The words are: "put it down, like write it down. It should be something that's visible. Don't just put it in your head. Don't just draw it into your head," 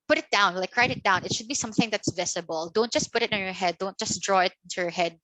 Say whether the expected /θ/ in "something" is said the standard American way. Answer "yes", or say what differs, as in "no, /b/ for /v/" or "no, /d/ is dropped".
yes